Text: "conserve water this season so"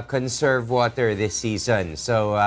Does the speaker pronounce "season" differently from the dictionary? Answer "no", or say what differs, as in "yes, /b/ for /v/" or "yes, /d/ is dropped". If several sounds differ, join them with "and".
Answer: no